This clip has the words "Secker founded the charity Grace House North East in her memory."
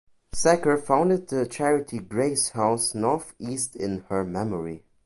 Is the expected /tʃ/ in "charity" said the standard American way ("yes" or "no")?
yes